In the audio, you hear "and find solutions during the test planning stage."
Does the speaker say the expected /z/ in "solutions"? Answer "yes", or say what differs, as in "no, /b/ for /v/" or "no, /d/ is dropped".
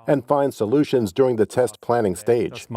yes